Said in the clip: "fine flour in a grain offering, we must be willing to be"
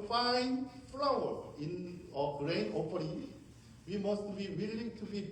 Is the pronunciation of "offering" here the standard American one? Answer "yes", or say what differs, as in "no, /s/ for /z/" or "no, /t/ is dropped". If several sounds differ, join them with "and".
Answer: no, /p/ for /f/